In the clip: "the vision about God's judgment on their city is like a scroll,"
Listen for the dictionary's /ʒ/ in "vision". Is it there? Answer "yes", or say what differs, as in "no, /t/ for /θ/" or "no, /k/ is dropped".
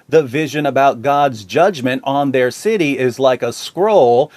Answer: yes